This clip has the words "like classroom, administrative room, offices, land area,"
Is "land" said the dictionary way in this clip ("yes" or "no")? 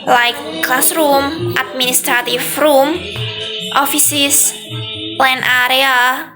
no